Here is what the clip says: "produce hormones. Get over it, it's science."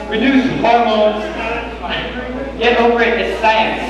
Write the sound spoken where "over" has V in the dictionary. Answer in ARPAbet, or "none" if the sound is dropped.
P